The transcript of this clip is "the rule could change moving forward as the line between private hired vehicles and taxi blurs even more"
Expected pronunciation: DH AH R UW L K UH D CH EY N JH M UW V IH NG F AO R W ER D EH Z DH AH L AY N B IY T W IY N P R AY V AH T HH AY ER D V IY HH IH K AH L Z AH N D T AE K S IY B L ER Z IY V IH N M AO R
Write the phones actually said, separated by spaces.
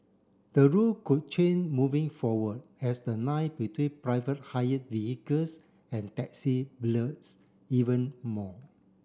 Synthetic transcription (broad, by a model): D AH R UW L K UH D CH EY N M UW V IH NG F AO W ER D EH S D AH N AY B IY T W IY N P R AY V AH T HH AY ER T V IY HH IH K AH L S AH N T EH K S IY B L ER S IY V IH N M AO